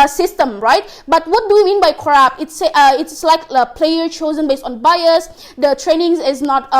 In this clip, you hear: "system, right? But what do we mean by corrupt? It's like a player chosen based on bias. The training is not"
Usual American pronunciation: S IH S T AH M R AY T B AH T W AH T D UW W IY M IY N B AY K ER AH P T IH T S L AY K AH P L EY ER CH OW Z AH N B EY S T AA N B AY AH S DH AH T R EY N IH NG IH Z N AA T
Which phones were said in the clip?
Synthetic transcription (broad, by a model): S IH S T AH M R AY T B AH T W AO T D UW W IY M IY N B AY K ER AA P T IH T S L AY K AH P L EY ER CH OW Z AH N B EY S T AA N B AY AH S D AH T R EY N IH NG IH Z N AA T